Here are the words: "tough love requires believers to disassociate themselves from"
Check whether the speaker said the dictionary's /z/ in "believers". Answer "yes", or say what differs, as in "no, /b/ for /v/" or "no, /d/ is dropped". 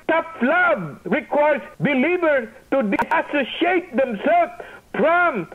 no, /z/ is dropped